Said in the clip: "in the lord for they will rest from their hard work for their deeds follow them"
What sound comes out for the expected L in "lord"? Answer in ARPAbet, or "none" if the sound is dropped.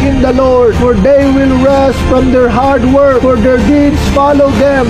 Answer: L